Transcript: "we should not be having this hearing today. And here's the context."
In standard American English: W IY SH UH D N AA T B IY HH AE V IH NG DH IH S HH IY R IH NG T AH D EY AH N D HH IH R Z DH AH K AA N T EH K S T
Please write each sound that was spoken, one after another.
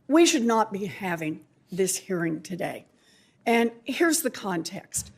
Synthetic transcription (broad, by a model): W IY SH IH D N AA T B IY HH AE V IH NG DH IH S HH IY R IH NG T AH D EY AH N HH IH R Z DH AH K AA N T EH K S T